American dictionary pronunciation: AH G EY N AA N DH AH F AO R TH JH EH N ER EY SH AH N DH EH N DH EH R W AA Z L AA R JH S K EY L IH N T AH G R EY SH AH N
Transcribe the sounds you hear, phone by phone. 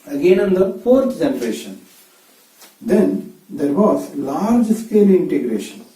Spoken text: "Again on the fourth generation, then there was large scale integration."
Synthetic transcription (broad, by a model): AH G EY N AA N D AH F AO R T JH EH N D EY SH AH N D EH N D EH R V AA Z L AA R JH S K EY L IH N T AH G R EY SH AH N